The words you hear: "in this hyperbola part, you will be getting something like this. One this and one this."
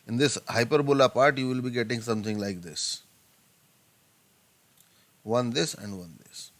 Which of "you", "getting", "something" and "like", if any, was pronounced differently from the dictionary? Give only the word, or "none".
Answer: something